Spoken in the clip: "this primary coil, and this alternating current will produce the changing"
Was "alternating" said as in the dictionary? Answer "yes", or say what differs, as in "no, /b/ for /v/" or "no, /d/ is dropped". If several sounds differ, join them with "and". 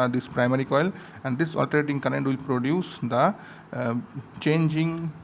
no, /n/ is dropped